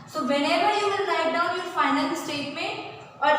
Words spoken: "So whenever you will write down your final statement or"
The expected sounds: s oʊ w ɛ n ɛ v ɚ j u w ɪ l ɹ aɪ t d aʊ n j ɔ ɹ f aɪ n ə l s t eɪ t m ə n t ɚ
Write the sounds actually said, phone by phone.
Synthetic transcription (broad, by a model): s oʊ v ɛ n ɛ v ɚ j u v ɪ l l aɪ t d aʊ n j ɔ ɹ f aɪ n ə n s t eɪ t m ə n t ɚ